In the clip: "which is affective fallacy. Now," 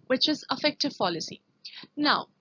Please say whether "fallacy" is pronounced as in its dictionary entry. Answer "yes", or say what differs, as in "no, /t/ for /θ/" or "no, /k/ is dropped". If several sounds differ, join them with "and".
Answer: no, /p/ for /f/